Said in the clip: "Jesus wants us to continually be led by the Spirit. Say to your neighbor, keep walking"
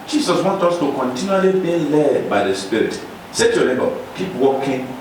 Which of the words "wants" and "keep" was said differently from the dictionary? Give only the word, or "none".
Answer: wants